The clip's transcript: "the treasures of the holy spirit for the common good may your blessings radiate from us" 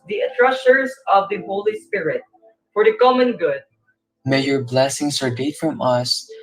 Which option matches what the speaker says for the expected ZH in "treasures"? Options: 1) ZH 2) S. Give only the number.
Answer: 2